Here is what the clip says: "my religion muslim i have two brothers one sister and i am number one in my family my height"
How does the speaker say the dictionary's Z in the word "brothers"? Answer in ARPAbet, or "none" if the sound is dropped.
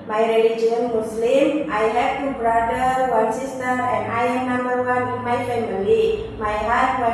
none